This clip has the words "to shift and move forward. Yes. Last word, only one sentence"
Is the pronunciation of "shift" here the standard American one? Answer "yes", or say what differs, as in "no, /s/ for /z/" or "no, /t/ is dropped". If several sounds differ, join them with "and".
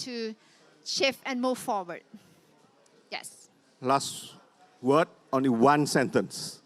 no, /t/ is dropped